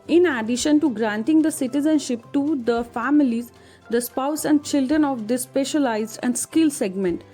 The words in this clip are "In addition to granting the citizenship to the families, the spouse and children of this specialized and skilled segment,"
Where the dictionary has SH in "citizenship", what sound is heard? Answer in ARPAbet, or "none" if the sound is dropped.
SH